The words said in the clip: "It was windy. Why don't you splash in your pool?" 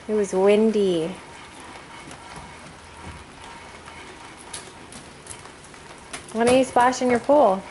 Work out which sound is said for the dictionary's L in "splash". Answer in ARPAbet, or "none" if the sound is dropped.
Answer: none